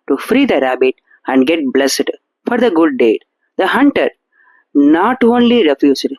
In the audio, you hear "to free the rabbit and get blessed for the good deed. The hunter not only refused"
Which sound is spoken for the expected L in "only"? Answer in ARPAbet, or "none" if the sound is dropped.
L